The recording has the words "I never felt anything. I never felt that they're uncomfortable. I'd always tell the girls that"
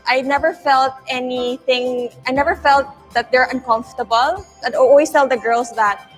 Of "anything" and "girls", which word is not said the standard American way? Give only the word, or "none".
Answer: girls